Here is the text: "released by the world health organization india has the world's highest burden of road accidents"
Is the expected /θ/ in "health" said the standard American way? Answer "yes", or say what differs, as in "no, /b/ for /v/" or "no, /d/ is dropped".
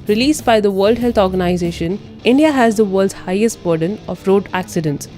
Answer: no, /t/ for /θ/